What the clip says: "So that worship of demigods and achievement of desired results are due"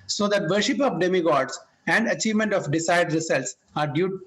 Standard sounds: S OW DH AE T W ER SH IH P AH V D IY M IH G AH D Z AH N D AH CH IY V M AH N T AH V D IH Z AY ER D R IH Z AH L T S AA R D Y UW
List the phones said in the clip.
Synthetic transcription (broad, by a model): S OW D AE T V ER SH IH P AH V D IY M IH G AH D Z AH N D AH CH IY V M AH N T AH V D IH S AY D R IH S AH L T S AA R D Y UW